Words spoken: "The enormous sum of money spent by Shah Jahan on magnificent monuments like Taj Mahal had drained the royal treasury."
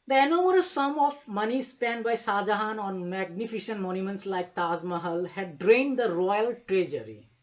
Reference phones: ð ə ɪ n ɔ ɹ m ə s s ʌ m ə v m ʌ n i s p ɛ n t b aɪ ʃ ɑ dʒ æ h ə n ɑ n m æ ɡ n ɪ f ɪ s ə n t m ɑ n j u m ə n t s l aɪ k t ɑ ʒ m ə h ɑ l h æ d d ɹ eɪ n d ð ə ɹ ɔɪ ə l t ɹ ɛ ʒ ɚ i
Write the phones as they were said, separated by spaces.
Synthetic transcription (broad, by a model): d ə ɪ n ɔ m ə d s ʌ m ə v m ʌ n i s p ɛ n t b aɪ s ɑ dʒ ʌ h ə n ɑ n m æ ɡ n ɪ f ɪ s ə n t m ɑ n j u m ə n t s l aɪ k t ɑ z m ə h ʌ l h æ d d ɹ eɪ n d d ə ɹ ɔɪ ə l t ɹ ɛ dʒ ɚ i